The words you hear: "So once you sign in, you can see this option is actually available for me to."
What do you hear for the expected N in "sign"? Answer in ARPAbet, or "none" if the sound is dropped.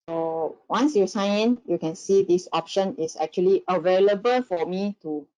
none